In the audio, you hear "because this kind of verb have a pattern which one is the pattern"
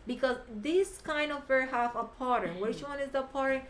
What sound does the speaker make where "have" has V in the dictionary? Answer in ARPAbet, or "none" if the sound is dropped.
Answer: F